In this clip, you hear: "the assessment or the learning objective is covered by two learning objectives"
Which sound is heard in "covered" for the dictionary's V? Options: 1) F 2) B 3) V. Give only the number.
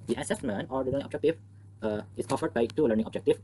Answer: 1